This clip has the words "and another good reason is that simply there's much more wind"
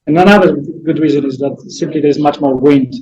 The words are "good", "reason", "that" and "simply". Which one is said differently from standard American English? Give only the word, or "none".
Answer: none